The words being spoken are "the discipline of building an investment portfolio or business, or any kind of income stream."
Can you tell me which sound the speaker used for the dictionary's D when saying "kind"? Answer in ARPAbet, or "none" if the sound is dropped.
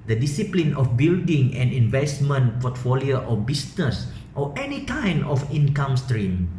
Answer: none